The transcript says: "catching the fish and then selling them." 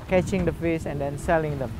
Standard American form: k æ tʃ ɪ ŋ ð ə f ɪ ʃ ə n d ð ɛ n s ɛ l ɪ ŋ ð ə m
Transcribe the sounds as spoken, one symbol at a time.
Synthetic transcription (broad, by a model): k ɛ tʃ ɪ ŋ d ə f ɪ s ə n d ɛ n s ɛ l ɪ ŋ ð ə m